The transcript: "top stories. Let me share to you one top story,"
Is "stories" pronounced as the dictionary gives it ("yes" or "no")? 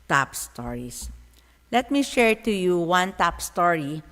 no